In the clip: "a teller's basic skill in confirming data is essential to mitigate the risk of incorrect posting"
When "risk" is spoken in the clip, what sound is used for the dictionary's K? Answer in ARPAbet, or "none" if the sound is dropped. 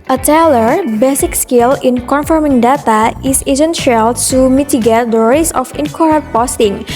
none